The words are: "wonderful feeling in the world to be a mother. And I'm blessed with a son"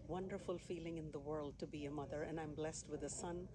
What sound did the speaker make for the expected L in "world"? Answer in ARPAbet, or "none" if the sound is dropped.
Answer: L